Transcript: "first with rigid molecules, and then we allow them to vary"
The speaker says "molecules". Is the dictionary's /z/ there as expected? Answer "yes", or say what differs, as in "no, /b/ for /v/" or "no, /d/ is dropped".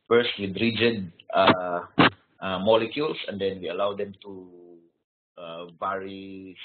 no, /s/ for /z/